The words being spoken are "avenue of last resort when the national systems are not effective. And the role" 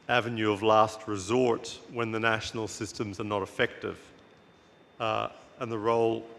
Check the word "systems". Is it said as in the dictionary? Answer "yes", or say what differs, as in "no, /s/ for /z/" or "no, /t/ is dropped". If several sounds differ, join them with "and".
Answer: yes